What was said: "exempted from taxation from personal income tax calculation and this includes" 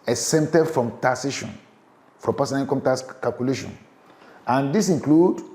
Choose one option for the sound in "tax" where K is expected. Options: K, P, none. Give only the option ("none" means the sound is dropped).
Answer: none